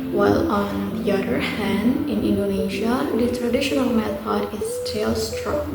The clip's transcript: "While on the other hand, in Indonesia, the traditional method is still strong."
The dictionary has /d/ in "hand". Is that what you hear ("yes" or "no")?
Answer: yes